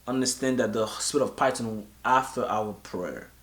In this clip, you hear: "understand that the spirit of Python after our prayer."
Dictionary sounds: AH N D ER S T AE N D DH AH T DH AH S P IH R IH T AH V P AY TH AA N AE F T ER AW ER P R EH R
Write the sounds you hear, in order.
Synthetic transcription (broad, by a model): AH N D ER S T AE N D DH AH T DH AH S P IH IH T AH V P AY T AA N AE F T ER AW ER P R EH R